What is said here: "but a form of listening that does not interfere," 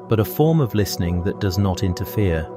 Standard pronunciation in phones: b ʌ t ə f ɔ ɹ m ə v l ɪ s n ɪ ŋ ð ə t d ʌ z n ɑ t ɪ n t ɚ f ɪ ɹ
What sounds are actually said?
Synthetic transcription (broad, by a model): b ʌ t ə f ɔ ɹ m ə v l ɪ s n ɪ ŋ ð ə t d ʌ z n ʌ t ɪ n t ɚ f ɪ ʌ